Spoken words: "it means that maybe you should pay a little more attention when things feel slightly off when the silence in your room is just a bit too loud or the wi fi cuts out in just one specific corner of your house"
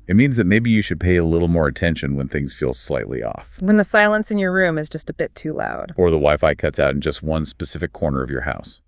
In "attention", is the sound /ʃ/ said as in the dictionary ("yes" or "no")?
yes